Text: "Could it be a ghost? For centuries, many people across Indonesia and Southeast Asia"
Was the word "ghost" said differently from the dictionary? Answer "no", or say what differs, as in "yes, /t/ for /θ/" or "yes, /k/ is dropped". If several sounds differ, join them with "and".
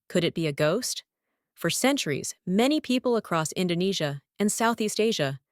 no